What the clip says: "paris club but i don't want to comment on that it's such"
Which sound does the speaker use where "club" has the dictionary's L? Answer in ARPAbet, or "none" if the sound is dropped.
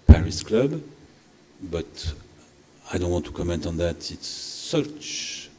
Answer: L